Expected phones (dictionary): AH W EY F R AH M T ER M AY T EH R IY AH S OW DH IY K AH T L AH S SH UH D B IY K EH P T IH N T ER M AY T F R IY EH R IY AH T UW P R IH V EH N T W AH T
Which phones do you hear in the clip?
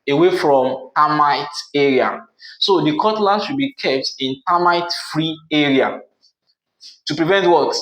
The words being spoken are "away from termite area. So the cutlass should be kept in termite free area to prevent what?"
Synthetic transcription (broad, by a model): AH W EY F R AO M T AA M AY T EH R IY AH S OW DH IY K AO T L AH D SH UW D B IY K EH P T IH N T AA M AY T F R IY EH R IY AH T UW P R IH V EH N T W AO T